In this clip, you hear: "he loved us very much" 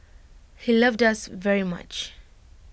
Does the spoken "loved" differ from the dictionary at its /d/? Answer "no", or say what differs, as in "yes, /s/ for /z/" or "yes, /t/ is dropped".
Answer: no